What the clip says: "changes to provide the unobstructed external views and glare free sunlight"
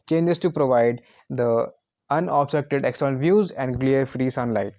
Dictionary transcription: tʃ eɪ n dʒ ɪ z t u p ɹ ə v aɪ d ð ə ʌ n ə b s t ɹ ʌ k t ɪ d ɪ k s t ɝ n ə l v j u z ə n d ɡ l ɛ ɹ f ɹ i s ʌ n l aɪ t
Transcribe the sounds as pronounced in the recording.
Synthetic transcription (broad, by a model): tʃ eɪ n dʒ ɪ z t u p ɹ ə v aɪ d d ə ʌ n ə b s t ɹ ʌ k t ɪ d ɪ k s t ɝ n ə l v j u z ə n d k l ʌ ɹ f ɹ i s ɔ n l aɪ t